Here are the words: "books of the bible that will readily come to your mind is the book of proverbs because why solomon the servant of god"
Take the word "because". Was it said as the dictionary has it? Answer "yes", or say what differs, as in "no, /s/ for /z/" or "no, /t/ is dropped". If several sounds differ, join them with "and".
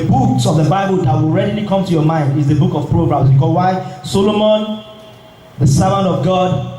no, /z/ is dropped